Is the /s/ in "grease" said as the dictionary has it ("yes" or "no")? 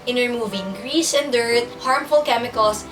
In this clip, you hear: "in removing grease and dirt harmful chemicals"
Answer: no